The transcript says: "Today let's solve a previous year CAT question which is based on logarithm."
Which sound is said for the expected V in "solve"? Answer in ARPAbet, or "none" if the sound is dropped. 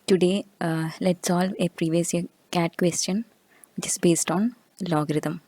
V